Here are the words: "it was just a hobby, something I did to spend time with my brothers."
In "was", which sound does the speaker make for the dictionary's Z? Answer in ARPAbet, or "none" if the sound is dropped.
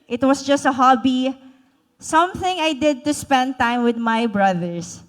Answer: S